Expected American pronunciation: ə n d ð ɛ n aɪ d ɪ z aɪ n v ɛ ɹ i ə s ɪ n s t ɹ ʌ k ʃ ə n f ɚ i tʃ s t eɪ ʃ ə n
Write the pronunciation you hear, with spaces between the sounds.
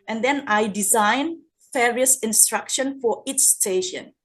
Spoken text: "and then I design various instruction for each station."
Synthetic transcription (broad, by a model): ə n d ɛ n aɪ d ɪ z aɪ n f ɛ ɹ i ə s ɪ n s t ɹ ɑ k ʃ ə n f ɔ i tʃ s t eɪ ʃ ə n